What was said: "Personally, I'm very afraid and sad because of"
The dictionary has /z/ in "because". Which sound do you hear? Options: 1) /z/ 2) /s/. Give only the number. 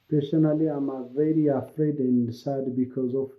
1